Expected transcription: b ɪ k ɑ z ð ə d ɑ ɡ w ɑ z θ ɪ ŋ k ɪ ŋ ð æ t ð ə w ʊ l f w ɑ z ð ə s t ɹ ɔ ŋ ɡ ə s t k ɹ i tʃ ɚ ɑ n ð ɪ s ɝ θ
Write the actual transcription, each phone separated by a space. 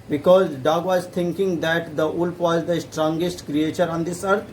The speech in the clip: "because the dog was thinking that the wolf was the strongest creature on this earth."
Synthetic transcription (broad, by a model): b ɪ k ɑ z d ɑ ɡ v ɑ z t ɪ ŋ k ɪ ŋ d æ t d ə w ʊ l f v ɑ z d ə s t ɹ ɔ ŋ ɡ ə s t k ɹ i tʃ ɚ ɑ n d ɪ s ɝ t